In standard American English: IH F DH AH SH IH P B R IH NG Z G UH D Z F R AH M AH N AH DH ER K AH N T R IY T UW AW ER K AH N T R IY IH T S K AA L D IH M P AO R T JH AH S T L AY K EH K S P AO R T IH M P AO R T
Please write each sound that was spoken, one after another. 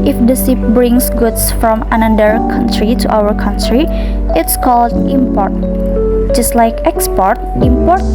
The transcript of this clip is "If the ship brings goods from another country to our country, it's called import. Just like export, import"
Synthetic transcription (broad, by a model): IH F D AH S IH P B R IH NG S G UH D S F R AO M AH N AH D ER K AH N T R IY T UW AW ER K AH N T R IY IH T S K AA L D IH M P AO R T JH AH S T L AY K EH K S P AO R T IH M P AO R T